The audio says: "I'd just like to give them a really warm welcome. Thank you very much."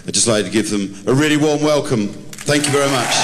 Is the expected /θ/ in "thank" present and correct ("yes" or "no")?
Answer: yes